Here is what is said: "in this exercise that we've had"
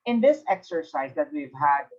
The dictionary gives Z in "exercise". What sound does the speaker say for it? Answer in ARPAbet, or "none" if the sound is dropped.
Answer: Z